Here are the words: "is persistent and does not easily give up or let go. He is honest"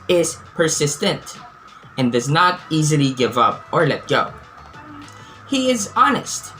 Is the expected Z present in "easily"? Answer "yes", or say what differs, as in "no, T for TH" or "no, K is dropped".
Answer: yes